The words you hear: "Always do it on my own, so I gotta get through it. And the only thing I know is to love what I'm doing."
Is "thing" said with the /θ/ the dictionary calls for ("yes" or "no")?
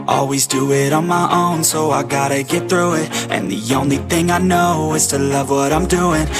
yes